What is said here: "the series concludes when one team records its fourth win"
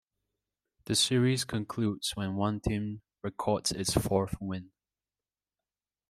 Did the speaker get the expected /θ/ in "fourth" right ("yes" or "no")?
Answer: yes